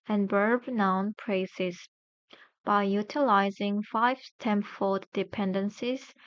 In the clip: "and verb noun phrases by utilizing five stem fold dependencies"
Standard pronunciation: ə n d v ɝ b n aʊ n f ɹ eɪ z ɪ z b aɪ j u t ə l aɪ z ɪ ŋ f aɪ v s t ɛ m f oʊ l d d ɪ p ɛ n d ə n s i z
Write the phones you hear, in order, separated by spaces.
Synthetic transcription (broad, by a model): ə n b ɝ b n aʊ n p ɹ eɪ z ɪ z b aɪ j u t ə l aɪ z ɪ ŋ f aɪ v t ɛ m f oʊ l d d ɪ p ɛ n d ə n s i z